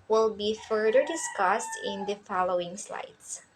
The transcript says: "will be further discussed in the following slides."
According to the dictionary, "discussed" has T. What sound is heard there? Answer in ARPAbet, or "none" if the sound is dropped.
T